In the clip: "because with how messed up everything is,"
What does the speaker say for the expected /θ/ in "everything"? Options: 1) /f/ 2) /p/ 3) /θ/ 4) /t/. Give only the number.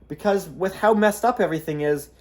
3